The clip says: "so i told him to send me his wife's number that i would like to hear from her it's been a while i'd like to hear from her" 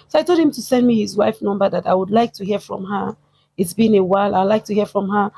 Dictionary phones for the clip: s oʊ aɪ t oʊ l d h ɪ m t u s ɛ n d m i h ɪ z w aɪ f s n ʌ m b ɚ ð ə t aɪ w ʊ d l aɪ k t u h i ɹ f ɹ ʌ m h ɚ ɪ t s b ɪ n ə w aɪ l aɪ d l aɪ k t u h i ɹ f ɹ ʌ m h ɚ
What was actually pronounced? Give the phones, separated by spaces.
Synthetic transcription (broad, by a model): s oʊ aɪ t oʊ l d h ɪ m t u s ɛ n d m i h ɪ z w aɪ f n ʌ m b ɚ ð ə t aɪ w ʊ d l aɪ k t u h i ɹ f ɹ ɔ m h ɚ ɪ t s b ɪ n ə w aɪ l aɪ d l aɪ k t u h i f ɹ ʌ m h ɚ